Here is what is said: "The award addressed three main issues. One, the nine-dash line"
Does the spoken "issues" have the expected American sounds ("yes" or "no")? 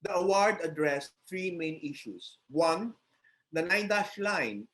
no